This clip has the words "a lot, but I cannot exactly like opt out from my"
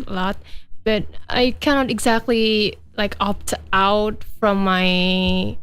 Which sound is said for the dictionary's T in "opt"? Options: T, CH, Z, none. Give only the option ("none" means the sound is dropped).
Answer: T